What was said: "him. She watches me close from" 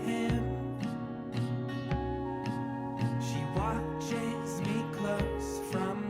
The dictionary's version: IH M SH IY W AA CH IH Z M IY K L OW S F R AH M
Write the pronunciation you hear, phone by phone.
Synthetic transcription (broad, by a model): IH M SH IY W AA CH IH Z M IY K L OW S F R AH M